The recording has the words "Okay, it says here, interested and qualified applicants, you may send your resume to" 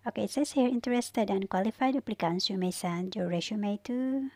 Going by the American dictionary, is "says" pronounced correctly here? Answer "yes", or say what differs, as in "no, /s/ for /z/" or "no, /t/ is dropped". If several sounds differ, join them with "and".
no, /z/ is dropped